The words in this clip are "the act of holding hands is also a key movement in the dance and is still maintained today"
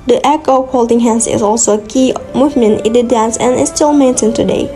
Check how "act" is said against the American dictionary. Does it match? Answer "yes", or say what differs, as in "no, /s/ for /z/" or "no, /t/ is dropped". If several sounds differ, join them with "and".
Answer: no, /t/ is dropped